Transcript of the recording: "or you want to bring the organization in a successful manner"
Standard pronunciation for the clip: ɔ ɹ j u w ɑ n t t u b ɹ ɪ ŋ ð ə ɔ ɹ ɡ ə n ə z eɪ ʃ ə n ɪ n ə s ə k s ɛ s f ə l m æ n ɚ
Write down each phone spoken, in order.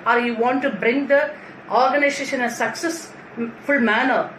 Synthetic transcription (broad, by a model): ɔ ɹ j u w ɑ n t t u b ɹ ɪ ŋ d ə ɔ ɹ ɡ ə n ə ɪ s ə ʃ ɪ n ə s ə k s ɛ s f ə l m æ n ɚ